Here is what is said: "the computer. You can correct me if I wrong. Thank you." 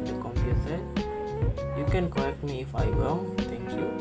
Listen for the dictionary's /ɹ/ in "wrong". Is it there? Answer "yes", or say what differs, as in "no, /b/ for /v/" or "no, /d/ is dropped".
no, /w/ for /ɹ/